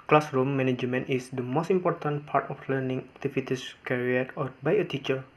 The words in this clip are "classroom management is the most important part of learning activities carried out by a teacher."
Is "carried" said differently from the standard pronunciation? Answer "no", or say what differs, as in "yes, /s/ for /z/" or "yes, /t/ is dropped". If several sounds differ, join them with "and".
yes, /d/ is dropped